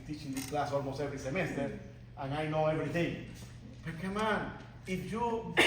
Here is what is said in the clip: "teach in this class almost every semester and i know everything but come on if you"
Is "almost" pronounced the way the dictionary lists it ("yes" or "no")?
no